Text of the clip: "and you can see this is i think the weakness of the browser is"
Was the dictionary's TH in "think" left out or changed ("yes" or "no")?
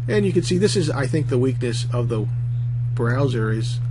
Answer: no